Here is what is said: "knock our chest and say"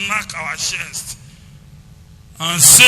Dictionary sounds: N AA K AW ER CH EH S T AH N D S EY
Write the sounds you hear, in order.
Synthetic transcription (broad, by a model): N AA K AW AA SH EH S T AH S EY